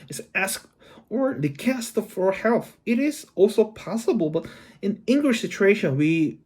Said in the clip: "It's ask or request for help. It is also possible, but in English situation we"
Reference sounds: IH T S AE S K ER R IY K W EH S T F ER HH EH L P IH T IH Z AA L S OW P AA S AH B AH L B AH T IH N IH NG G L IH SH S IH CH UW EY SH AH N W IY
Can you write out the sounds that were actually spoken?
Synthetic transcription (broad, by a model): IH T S AE S K ER L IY K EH S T F ER HH EH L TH IH T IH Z AA L S OW P AA S AH B AH L B AH T IH N IH NG G L IH SH S IH CH UW EY SH AH N W IY